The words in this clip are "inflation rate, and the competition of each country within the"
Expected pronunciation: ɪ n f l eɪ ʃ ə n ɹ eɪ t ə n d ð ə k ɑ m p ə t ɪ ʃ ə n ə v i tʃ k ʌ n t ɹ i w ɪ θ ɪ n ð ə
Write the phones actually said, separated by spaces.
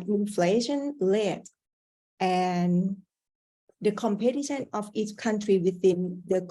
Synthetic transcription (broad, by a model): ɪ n f l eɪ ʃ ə n l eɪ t ə n d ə k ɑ m p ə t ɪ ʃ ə n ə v i tʃ k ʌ n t ɹ i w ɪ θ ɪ n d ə